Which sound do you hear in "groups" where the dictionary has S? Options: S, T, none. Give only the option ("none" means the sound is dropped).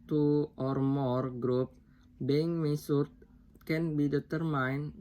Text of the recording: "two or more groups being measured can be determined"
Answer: none